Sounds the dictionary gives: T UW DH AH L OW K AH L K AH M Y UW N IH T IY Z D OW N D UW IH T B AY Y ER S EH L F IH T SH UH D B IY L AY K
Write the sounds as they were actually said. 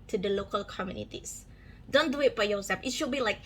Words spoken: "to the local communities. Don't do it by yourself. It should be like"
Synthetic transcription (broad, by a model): T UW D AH L OW K AH L K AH M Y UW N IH T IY S D OW N D UW IH T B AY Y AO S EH F IH T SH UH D B IY L AY K